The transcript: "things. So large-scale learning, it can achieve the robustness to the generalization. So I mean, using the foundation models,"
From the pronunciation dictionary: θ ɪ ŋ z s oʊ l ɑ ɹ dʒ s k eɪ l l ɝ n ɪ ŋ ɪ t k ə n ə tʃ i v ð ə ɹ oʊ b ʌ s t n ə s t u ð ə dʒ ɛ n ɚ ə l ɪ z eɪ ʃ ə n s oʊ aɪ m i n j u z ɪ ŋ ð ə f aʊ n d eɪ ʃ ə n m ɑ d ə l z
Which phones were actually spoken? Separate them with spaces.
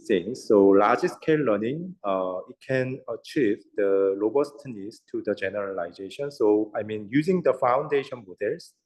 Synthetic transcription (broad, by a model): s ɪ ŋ s oʊ l ɑ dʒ s k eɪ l l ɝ n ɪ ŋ ɪ t k ə n ə tʃ i v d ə l oʊ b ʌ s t n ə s t u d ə dʒ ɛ n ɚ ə l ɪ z eɪ ʃ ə n s oʊ aɪ m i n j u z ɪ ŋ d ə f aʊ n d eɪ ʃ ə n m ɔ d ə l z